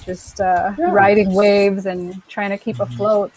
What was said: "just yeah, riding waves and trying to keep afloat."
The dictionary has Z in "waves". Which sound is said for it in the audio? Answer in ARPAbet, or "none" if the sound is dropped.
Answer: Z